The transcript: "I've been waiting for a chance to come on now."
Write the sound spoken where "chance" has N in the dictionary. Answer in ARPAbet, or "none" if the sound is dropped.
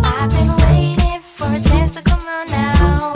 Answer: none